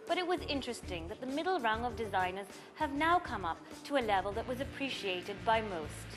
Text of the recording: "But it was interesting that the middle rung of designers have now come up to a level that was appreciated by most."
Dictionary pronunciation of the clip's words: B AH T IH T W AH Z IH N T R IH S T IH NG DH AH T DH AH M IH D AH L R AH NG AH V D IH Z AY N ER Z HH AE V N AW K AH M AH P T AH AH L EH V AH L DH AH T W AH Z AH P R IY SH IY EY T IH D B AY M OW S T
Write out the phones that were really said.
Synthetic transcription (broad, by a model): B AH T IH T W AH Z IH N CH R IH S T IH NG DH AH T DH AH M IH D L R AH NG AH V D IH Z AY N ER Z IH V N AW K AH M AH P T AH AH L EH V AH L DH AH T W AH Z AH P R IY SH IY EY T IH D B AY M OW S T